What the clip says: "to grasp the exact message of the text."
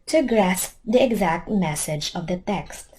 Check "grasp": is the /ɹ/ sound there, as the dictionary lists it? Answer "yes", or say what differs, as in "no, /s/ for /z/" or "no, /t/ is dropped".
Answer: yes